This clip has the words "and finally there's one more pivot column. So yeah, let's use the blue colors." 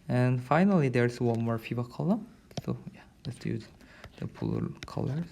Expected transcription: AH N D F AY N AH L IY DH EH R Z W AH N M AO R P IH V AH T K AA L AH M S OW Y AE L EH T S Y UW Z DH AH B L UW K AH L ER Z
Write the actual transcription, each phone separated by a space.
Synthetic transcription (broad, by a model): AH N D F AY N AH L IY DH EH R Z W AH N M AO R F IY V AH K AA L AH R S OW Y AE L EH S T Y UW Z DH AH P L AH K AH L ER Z